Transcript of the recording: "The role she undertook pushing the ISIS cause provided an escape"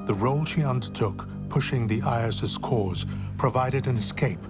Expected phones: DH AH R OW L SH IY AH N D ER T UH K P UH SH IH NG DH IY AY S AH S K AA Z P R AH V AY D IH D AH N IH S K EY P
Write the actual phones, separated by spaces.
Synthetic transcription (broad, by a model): DH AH R OW L SH IY AH N D ER T UH K P UH SH IH NG DH IY AY S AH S K AA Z P R AH V AY D IH D AH N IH S K EY P